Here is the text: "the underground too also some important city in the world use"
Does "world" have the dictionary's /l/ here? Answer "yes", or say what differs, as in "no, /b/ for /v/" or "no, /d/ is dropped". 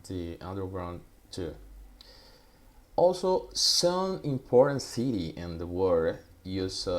no, /l/ is dropped